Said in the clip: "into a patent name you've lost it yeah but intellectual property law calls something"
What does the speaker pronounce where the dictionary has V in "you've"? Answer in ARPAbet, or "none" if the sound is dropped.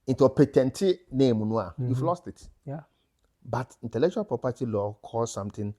F